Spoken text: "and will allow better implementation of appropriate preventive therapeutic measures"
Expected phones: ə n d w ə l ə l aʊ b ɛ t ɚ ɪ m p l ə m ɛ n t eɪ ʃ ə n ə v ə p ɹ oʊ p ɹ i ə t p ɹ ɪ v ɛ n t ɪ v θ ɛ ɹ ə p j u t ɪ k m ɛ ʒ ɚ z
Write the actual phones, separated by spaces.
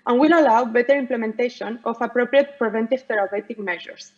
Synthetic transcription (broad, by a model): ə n w ə l ə l aʊ b ɛ t ɚ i m p l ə m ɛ n t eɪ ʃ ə n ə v ə p ɹ oʊ p ɹ i ə t p ɹ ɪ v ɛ n t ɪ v t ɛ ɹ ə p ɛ t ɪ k m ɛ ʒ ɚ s